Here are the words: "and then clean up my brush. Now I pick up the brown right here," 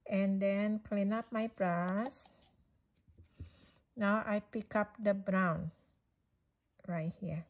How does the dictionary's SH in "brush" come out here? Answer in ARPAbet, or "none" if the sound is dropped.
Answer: S